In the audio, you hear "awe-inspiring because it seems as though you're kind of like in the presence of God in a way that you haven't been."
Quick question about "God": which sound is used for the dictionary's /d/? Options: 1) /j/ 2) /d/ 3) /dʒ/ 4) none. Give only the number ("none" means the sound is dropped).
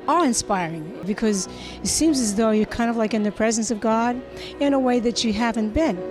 2